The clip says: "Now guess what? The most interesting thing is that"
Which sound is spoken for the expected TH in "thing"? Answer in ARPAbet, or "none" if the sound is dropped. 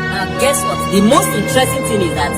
T